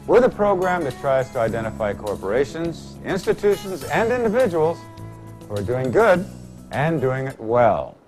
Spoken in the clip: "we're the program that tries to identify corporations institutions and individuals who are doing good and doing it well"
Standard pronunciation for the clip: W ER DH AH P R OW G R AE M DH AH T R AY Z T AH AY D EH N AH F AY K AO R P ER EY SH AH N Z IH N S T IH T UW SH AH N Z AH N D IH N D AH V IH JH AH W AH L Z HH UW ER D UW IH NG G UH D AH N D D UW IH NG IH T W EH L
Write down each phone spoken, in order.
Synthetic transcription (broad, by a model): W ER DH AH P R OW G R AE M DH AH T R AY Z T AH AY D EH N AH F AY K AO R P ER EY SH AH N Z IH N S T IH T UW SH AH N Z AH N D IH N D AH V IH JH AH W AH L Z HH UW ER D UW IH NG G UH D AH N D D UW IH NG IH T W EH L